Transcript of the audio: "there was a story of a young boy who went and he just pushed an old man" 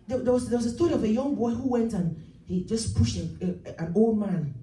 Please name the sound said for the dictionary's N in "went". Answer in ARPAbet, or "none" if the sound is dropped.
N